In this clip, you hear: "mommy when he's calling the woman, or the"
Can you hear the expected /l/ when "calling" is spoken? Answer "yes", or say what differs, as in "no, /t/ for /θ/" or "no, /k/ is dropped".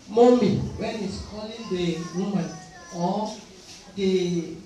yes